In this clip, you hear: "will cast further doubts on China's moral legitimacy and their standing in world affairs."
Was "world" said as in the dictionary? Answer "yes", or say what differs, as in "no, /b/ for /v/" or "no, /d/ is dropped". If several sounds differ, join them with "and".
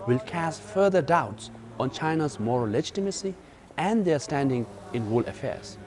no, /d/ is dropped